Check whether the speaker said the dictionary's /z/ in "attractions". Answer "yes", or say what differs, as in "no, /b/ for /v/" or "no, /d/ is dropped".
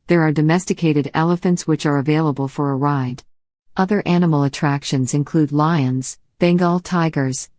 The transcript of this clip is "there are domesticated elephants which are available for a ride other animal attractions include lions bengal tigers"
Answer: yes